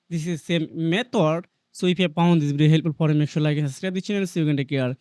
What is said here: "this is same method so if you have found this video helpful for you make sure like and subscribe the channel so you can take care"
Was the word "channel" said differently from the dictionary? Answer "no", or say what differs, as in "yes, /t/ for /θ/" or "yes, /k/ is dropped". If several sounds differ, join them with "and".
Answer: yes, /n/ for /l/